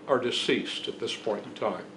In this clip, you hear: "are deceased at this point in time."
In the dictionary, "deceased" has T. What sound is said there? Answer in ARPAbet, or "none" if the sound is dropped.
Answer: T